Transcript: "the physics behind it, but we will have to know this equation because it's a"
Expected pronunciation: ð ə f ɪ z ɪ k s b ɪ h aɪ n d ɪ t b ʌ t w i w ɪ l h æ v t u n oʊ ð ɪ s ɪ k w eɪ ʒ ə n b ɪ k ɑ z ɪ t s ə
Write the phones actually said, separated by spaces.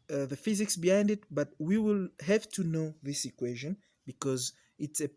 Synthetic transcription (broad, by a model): ð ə f ɪ z ɪ k s b ɪ h aɪ n d ɪ t b ʌ t w i w ɪ l h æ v t u n oʊ ð ɪ s ɪ k w eɪ ʒ ə n b ɪ k ɑ z ɪ t s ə